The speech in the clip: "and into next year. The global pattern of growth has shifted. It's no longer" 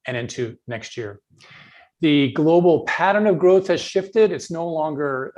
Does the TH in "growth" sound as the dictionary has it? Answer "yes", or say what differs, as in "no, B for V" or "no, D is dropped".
yes